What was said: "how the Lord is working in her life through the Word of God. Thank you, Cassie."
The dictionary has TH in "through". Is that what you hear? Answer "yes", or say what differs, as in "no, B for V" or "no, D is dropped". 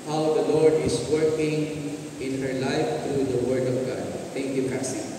no, T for TH